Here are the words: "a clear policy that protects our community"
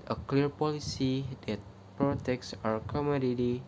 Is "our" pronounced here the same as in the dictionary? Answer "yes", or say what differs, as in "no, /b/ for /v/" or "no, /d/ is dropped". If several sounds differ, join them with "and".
yes